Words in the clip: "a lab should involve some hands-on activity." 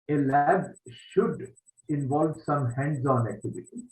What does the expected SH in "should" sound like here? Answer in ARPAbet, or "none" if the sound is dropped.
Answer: SH